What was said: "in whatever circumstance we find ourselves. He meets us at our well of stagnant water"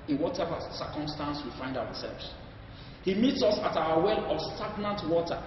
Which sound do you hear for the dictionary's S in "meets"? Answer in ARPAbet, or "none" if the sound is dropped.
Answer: S